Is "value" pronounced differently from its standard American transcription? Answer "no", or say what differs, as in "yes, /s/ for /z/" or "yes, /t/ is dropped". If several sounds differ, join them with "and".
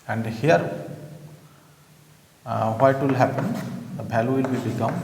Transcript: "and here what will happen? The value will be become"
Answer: yes, /b/ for /v/